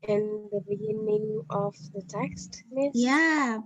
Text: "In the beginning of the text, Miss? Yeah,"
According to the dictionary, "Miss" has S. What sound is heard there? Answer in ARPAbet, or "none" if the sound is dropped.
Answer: none